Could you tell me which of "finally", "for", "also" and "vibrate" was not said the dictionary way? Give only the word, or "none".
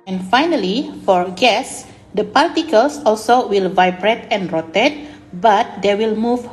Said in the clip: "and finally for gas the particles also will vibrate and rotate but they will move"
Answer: none